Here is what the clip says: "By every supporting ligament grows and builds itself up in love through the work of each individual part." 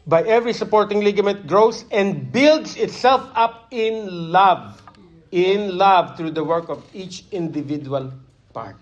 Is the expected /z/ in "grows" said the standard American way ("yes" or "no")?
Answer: no